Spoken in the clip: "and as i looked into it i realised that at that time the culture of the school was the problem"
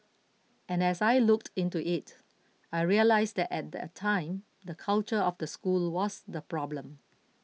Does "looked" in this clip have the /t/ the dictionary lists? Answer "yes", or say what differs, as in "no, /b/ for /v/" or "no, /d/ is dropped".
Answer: yes